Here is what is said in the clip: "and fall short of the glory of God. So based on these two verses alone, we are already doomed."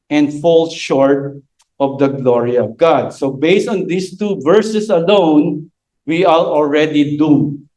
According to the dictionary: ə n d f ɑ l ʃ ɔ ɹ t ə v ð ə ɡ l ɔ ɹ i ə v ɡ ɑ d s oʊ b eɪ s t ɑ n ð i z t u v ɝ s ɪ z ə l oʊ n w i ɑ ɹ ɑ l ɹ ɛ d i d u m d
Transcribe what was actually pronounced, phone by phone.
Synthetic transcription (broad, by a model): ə n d f ɑ l ʃ ɔ ɹ t ə v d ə ɡ l ɔ ɹ i ə v ɡ ɑ d s oʊ b eɪ s t ɑ n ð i s t u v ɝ s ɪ s ə l oʊ n w i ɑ l ɑ l ɹ ɛ d i d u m